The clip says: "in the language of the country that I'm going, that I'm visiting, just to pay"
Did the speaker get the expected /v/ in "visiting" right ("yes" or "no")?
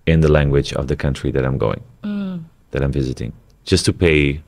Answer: yes